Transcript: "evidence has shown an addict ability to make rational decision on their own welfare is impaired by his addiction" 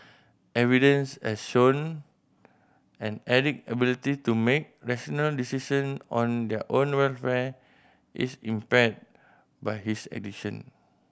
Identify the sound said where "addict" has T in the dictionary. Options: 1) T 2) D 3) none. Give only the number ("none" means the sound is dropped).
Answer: 3